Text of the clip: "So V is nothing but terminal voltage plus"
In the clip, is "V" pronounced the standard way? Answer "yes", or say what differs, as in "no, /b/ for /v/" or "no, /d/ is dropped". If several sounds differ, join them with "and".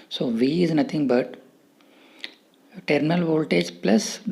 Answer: yes